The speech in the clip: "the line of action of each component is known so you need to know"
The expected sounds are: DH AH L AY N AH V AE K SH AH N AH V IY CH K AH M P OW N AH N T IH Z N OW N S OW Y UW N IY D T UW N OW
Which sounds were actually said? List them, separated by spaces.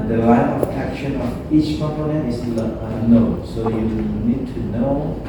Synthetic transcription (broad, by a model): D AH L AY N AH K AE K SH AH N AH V IY CH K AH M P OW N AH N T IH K N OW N S OW Y UW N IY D T UW N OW